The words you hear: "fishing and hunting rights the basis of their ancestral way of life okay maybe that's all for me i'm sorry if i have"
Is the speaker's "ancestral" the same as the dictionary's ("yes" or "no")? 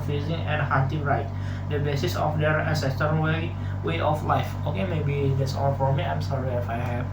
no